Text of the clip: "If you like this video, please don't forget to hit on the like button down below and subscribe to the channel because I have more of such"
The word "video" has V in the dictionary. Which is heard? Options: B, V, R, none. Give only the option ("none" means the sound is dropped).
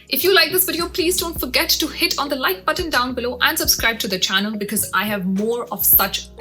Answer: B